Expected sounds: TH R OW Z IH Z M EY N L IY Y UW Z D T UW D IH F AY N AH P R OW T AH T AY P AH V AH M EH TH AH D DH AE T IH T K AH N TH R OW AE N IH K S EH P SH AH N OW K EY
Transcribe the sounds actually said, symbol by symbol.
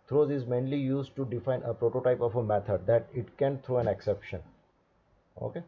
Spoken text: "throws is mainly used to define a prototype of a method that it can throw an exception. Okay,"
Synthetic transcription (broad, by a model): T R OW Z IH Z M EY N L IY Y UW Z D T UW D IH F AY N AH P R OW T AH T AY P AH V AH M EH T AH D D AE T IH T K AH N T R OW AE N IH K S EH P SH AH N OW K EY